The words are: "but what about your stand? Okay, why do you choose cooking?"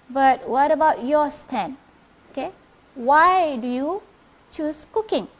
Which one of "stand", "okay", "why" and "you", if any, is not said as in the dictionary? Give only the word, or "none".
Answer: stand